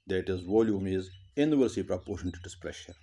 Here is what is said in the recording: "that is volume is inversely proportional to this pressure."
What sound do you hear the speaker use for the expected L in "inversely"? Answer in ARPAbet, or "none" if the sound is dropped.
none